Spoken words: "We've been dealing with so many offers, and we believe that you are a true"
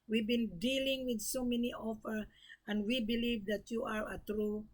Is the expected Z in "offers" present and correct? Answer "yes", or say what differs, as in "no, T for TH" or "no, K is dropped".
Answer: no, Z is dropped